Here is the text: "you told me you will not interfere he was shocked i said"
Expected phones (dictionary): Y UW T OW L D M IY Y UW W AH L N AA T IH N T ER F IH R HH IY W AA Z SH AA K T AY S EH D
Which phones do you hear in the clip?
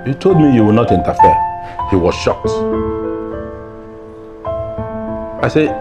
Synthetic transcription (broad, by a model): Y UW T OW L D M IY Y UW W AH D N AA T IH N T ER F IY HH IY W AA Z SH AA K T AY S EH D